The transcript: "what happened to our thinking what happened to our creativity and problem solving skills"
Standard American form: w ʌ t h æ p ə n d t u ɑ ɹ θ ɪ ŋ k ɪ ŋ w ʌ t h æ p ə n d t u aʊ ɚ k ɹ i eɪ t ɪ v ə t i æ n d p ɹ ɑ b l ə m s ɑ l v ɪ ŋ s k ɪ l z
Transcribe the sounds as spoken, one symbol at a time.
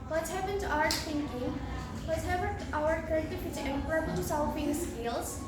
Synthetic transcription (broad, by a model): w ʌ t h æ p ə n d t u ɑ ɹ t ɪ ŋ k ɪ ŋ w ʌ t h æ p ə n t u aʊ ɚ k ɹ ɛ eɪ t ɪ f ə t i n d p ɹ ɑ b l ə m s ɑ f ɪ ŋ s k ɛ l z